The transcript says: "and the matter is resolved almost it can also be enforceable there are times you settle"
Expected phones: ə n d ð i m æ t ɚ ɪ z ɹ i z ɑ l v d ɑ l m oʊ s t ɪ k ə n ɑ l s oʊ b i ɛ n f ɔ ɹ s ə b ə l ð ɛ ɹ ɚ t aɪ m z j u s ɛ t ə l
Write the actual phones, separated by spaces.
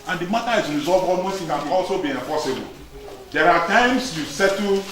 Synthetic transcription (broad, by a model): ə n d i m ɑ t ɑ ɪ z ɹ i z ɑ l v ɑ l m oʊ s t ɪ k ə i ɑ l s oʊ b i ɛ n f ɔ s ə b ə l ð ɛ ɹ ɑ t aɪ m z j u s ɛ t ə